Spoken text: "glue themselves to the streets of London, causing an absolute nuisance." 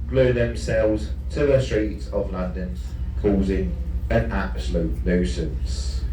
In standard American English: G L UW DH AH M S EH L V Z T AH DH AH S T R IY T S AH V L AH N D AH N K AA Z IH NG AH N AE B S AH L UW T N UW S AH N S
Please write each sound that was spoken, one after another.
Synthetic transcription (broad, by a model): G L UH DH AH M S EH L V Z T AH DH AH S T R IY T S AH V L AH N D AH N K AA Z IH NG AH N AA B S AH L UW T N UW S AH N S